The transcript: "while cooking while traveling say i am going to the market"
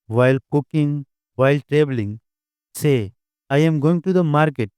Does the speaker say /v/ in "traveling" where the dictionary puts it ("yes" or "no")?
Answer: no